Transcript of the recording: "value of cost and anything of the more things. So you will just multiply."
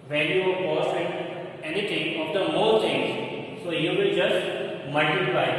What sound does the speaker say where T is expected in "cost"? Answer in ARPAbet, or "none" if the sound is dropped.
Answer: none